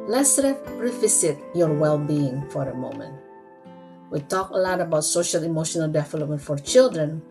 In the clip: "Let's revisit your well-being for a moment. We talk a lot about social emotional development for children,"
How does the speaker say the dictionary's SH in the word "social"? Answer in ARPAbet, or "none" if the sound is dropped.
SH